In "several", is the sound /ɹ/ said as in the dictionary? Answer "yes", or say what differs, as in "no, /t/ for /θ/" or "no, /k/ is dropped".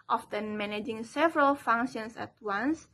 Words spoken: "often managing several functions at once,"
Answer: yes